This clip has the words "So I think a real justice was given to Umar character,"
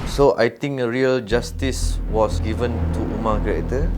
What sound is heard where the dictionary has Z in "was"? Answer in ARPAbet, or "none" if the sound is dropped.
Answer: S